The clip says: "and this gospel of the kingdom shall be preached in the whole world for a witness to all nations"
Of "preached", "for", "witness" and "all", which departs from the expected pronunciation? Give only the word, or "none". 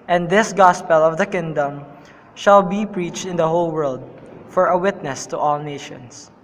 none